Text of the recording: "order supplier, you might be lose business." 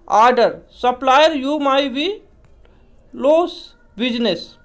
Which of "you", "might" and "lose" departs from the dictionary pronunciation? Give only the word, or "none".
lose